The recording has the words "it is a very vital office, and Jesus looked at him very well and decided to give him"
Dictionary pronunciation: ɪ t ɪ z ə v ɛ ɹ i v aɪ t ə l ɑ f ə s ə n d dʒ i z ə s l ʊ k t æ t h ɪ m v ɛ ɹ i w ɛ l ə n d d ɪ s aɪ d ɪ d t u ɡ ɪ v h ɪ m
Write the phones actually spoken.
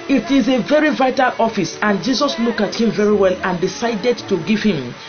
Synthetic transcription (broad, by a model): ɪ t ɪ z ə v ɛ ɹ i v aɪ t ə l ɑ f ə s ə n dʒ i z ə s l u k ɑ t h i m v ɛ ɹ i w ɛ l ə n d d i s aɪ d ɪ d t u ɡ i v h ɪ m